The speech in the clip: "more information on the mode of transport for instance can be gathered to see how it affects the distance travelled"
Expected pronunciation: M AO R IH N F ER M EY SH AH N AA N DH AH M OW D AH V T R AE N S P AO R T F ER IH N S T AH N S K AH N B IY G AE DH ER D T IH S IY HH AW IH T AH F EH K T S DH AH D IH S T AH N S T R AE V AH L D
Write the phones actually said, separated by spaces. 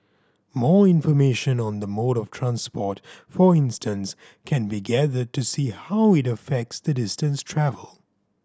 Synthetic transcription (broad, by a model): M AO R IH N F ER M EY SH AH N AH N DH AH M OW D AH V T R AE N S P AO R T F ER IH N S T AH N S K AH N B IY G AE DH ER D T IH S IY HH AW IH T AH F EH K T S DH AH D IH S T AH N S T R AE V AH L